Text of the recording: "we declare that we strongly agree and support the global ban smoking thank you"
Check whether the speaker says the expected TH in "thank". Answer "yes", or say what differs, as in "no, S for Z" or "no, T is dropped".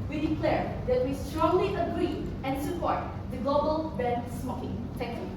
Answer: no, S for TH